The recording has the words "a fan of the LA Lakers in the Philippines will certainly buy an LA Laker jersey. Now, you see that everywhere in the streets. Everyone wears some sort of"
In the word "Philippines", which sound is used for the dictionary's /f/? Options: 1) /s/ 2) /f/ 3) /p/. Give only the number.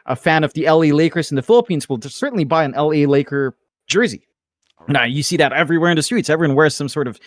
2